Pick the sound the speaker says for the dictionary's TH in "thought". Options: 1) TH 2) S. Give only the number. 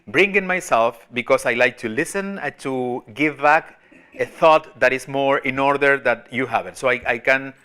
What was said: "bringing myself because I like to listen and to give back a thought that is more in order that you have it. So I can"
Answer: 1